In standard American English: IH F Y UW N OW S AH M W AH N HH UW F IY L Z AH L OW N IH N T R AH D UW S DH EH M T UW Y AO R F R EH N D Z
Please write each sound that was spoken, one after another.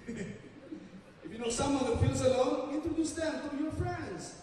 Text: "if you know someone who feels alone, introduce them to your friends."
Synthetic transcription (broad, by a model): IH F Y UW N OW S AH M W AH N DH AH F IY L Z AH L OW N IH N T AH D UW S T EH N T UW Y AO R F R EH N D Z